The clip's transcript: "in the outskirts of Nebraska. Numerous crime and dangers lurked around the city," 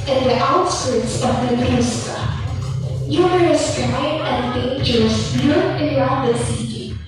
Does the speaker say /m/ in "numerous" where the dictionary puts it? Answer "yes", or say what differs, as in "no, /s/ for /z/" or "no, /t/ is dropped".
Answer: no, /m/ is dropped